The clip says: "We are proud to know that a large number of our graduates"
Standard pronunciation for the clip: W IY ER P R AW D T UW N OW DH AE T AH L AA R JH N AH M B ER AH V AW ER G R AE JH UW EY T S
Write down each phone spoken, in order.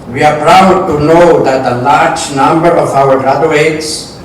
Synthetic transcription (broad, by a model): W IY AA P R AW D T UW N OW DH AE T AH L AA R JH N AH M B ER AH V AW ER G R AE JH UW EY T S